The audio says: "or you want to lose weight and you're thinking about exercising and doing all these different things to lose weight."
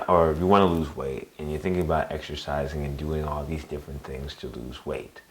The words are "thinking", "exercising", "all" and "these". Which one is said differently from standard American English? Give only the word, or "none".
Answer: none